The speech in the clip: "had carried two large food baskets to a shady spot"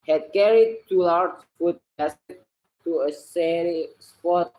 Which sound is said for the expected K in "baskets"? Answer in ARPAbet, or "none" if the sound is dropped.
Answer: none